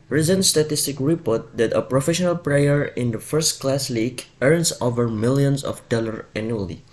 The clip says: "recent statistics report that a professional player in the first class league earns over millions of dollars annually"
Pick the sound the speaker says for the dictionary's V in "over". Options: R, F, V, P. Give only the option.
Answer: V